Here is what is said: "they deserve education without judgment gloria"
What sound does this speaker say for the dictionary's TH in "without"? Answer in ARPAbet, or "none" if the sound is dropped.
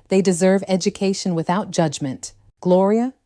TH